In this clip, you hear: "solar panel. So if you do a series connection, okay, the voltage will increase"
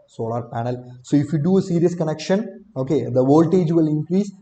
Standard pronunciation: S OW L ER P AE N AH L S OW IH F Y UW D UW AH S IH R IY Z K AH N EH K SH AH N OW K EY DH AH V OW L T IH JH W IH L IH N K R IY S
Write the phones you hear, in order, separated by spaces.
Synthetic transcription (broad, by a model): S OW L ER P AE N AH L S OW IH F Y UW D UW AH S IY R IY S K AH N EH K SH AH N OW K EY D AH V OW L T IH JH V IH L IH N K R IY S